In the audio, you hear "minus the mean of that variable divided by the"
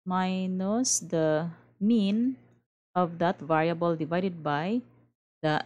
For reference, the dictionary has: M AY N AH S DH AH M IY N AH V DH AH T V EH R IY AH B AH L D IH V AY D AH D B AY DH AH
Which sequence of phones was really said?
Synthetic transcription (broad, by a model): M AY N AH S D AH M IY N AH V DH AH T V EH R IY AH B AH L D IH V AY D AH D B AY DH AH